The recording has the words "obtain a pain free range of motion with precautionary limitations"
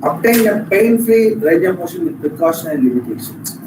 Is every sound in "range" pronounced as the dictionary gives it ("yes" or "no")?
no